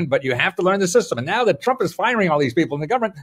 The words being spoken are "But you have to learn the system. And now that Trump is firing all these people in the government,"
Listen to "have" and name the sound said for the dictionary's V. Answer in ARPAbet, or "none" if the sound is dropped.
F